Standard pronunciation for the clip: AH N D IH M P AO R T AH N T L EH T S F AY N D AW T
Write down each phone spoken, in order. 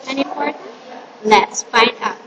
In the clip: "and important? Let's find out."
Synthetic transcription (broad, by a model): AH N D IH P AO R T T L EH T S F AY N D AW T